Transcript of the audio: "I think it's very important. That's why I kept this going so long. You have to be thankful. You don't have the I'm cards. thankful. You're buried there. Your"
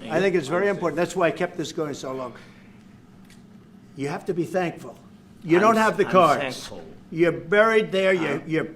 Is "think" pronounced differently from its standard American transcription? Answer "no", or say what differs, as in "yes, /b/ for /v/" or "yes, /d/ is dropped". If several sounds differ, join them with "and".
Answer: no